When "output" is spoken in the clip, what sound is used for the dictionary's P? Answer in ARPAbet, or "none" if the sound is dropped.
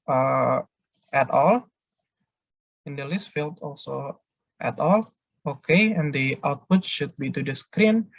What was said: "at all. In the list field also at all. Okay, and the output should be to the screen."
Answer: P